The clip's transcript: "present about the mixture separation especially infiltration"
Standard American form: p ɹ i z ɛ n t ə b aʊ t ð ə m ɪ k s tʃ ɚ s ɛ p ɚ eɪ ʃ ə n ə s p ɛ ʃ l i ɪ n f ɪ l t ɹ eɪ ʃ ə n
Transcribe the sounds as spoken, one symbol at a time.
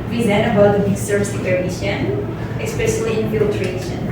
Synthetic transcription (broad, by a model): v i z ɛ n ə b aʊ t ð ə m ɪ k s ɚ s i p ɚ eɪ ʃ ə n ə s p ɛ ʃ l i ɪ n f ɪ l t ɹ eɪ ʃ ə n